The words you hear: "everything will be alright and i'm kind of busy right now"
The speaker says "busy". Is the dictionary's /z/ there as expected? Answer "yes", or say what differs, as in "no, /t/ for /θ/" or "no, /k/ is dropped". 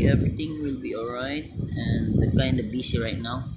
no, /s/ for /z/